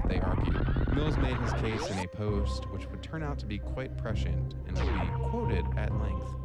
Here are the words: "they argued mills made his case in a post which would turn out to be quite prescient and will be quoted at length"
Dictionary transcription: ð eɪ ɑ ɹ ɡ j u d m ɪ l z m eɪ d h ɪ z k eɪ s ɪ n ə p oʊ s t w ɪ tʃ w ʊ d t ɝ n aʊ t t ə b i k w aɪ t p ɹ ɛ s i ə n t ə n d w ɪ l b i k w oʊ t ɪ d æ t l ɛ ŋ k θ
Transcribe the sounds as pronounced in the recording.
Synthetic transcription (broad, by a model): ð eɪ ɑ ɹ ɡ j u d m ɪ l z m eɪ d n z k eɪ s ɪ n ə p oʊ s t w ɪ tʃ w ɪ d t ɝ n aʊ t t ə b i k w aɪ t p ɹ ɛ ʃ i n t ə n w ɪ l b i k w oʊ t ɪ d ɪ t l ɛ ŋ k θ